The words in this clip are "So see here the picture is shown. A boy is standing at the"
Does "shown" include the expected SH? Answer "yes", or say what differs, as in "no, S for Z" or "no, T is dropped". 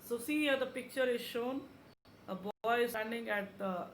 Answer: yes